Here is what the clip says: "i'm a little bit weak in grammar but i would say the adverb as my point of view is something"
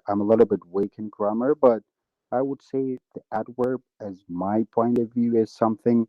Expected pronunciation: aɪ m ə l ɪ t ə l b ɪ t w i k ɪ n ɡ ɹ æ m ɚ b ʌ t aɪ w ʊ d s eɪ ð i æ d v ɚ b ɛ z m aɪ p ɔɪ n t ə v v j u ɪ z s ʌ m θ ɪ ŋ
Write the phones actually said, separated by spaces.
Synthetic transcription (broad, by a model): aɪ m ə l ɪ t l b ɪ t w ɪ k ɪ n ɡ ɹ æ m ɚ b ʌ t aɪ w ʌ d s eɪ ð i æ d w ɚ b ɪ z m aɪ p ɔɪ n t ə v v j u ɪ z s ʌ m θ ɪ ŋ